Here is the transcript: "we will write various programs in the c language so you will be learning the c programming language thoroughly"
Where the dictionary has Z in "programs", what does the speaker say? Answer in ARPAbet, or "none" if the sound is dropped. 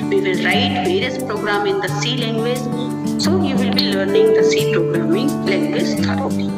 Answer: none